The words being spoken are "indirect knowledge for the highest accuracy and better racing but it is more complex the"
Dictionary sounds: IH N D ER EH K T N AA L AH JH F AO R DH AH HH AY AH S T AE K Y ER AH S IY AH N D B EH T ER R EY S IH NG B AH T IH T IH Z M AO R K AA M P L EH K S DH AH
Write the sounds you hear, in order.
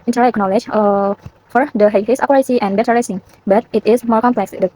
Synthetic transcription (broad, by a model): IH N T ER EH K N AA L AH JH F AO R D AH HH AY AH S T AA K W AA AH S IY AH N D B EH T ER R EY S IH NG B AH T IH T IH S M AO R K AA M P L EH K S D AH